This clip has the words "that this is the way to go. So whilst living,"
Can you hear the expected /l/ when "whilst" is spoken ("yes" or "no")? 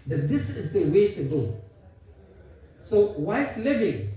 no